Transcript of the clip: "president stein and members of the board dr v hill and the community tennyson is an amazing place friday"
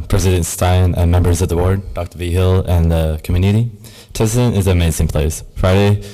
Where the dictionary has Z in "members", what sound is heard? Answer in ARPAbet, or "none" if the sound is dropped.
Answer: Z